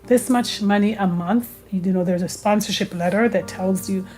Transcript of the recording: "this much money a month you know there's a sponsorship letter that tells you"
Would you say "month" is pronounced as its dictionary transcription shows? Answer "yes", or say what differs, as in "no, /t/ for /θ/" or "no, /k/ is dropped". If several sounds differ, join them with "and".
yes